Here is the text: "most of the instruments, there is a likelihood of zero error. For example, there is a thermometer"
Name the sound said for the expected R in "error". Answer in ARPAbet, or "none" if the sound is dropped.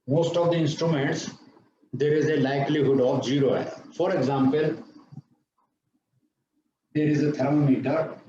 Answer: none